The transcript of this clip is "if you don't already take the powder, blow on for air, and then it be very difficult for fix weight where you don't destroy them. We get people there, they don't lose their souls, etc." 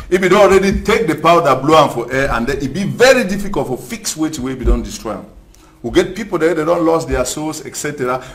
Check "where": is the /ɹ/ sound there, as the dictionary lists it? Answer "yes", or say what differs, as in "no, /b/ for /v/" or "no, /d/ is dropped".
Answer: no, /w/ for /ɹ/